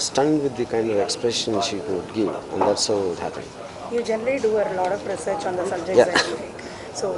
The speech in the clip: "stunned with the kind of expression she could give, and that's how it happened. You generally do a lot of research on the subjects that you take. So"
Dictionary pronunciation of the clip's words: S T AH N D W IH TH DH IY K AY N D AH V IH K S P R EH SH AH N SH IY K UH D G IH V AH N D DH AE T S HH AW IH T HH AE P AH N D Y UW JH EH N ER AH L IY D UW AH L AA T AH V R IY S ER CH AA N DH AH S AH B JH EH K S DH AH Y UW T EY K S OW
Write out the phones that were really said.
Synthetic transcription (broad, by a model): S T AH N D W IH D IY K AY N D AH V IH K S P R EH SH AH N SH IY K UH D G IH V AH N D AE T S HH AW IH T HH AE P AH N Y UW JH EH N ER AH L IY D UW AH L AA T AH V R IY S ER CH AA N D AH S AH B JH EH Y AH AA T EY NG S OW